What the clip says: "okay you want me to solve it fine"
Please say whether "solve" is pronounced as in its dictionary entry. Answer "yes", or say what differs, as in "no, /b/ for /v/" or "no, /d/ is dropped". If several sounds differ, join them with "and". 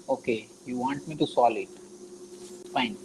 no, /v/ is dropped